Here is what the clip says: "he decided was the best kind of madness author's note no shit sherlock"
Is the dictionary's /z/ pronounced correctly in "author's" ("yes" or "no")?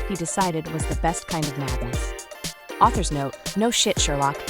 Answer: yes